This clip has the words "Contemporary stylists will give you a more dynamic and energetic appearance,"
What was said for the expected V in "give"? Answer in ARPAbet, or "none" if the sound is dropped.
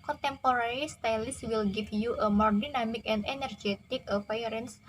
F